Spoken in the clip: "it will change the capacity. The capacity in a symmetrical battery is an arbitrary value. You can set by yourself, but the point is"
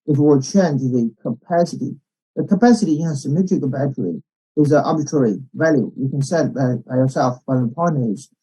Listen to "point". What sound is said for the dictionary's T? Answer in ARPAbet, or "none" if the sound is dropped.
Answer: none